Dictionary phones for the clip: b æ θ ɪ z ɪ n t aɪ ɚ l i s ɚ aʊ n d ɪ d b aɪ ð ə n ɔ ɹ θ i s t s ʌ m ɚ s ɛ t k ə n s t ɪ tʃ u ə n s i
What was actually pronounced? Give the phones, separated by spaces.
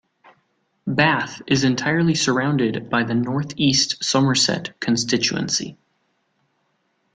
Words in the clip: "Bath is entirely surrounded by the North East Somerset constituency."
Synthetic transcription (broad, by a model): b æ θ ɪ z ɪ n t aɪ ɚ l i s ɚ aʊ n d ɪ d b aɪ ð ə n ɔ ɹ θ i s t s ʌ m ɚ s ɛ t k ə n s t ɪ tʃ u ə n s i